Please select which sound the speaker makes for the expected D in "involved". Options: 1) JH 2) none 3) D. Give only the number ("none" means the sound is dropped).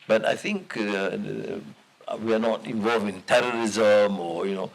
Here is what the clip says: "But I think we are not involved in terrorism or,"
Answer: 2